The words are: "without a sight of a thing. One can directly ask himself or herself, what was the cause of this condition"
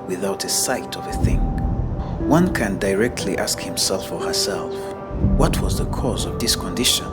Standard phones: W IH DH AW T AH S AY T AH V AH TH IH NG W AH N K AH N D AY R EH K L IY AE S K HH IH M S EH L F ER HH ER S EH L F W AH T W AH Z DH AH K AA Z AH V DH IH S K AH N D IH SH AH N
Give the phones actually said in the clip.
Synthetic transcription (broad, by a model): W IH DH AW T AH S AY T AH V AH TH IH NG W AH N K AH N D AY R EH K L IY AE S K HH IH M S EH L F ER HH ER S EH L F W AH T W AH Z DH AH K AA Z AH V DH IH S K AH N D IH SH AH N